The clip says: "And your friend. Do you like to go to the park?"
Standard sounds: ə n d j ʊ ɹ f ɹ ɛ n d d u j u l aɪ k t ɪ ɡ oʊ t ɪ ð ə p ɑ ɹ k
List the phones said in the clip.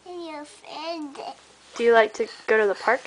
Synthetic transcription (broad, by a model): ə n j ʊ l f ɛ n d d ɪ j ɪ l aɪ k t ɪ ɡ oʊ t ɪ ð ə p ɑ ɹ k